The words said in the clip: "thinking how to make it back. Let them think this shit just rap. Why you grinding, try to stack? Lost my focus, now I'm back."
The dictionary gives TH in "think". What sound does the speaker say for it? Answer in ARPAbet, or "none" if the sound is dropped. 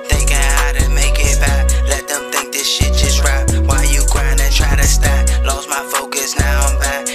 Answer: TH